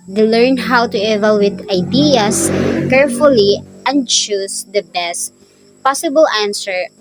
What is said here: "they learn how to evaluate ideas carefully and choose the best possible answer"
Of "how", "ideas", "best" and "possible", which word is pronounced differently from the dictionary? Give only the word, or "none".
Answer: ideas